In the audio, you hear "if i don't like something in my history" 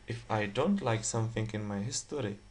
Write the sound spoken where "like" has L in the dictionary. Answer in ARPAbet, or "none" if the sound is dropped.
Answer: L